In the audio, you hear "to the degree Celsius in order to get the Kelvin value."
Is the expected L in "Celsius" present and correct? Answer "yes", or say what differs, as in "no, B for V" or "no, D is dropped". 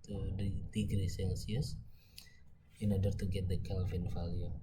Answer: no, N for L